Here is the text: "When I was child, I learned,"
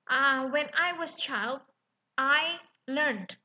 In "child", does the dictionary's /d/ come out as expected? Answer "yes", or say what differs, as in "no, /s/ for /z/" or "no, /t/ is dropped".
yes